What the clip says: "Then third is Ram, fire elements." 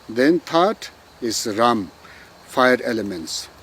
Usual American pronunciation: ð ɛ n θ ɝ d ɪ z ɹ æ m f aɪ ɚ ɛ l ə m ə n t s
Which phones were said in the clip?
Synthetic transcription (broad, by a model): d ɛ n t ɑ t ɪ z ɹ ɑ m f aɪ ɚ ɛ l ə m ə n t s